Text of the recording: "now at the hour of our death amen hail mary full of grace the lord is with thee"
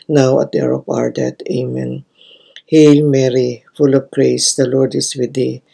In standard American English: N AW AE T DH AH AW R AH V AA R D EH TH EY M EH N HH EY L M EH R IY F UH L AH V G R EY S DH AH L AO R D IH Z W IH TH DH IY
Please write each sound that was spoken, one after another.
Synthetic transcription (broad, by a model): N AW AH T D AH R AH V AA R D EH T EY M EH N HH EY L M EH R IY F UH L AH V G R EY S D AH L AO R D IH S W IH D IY